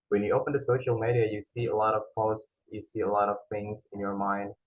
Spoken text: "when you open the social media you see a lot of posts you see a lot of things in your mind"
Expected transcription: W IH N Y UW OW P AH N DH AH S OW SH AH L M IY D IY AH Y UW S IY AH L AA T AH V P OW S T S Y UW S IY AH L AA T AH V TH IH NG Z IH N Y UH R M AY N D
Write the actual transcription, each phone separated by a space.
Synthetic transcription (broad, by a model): W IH N Y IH OW P AH N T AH S OW SH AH L M IY D IY AH Y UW S IY AH L AA T AH V P OW S T S Y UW S IY AH L AA T AH V TH IH NG Z IH N Y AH R M AY N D